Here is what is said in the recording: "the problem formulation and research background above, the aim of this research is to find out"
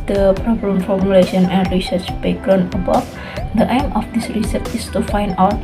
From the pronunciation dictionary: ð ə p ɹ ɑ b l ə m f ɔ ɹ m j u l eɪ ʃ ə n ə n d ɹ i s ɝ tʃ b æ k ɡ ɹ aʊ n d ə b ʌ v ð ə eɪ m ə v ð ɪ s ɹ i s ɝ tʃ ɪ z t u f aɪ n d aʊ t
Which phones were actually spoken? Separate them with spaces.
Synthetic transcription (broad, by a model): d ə p ɹ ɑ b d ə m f ɔ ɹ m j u l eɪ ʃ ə n ə n d ɹ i s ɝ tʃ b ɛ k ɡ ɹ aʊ n ə b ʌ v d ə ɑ m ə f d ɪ s ɹ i s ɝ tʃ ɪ s t u f aɪ n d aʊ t